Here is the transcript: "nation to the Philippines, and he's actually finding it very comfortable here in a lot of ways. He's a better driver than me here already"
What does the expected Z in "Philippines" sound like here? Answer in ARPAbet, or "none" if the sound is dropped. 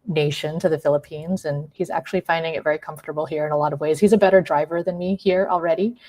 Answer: Z